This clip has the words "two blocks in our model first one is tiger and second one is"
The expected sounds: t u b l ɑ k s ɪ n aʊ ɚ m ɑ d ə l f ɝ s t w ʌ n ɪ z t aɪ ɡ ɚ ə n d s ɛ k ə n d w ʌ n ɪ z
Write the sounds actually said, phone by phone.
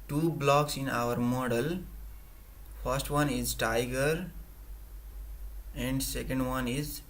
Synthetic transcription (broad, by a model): t u b l ɑ k s ɪ n aʊ ɚ m ɑ d ə l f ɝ s t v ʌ n ɪ z t aɪ ɡ ɚ ə n d s ɛ k ə n d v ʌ n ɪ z